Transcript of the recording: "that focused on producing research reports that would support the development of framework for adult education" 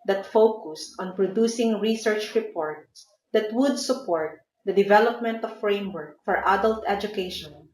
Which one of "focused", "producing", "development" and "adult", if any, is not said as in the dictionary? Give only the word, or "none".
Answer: none